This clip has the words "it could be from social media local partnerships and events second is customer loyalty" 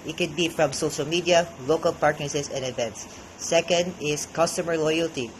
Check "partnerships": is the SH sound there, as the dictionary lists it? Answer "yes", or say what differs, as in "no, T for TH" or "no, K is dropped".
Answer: no, S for SH